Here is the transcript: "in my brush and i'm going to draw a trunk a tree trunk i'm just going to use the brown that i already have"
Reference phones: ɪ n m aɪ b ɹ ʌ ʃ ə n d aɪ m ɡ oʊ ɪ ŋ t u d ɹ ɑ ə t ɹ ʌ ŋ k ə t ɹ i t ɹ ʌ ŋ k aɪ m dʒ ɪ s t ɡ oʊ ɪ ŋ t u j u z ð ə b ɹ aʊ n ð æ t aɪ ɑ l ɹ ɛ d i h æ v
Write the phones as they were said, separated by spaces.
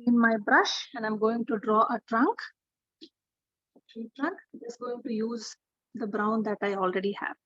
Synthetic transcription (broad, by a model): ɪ n m aɪ b ɹ ʌ ʃ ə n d aɪ m ɡ oʊ ɪ ŋ t u d ɹ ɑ ə t ɹ ʌ ŋ k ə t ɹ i t ɹ ʌ ŋ k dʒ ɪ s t ɡ oʊ ɪ ŋ t u j u z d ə b ɹ aʊ n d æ t aɪ ɑ l ɹ ɛ d i h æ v